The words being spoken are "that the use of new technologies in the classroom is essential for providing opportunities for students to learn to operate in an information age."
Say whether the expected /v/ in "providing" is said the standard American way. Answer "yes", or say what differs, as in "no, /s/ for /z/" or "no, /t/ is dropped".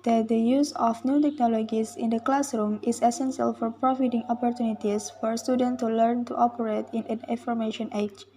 no, /f/ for /v/